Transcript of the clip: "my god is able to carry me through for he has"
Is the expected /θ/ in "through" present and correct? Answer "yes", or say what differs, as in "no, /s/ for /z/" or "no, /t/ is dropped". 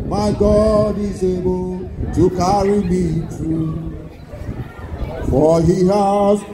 no, /t/ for /θ/